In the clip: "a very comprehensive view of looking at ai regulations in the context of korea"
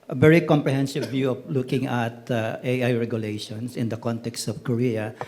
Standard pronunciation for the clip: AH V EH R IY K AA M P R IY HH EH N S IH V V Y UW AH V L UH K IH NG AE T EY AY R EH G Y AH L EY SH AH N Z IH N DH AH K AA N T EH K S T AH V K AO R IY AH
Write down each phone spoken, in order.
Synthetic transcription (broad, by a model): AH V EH R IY K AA M P R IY HH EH N S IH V V Y UW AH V L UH K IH NG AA T EY AY R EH G Y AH L EY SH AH N S IH N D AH K AA N T EH K S T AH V K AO R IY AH